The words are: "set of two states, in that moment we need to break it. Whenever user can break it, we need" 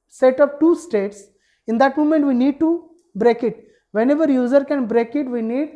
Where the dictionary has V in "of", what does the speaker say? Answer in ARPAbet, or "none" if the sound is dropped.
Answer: P